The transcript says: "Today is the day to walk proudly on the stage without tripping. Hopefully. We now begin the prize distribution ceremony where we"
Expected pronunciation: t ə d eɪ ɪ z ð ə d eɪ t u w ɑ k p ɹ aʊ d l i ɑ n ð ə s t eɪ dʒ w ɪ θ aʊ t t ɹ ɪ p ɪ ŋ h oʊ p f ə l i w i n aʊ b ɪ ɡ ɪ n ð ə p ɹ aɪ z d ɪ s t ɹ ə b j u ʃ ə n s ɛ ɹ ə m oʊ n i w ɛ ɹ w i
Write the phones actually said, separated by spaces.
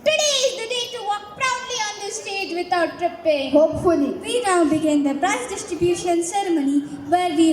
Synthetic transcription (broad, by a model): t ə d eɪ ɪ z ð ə d eɪ t u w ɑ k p ɹ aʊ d l i ɑ n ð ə s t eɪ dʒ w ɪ t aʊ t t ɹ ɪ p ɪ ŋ h oʊ p f ə l i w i n aʊ b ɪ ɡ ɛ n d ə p ɹ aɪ s d ɪ s t ɹ ə b j u ʃ ə n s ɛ ɹ m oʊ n i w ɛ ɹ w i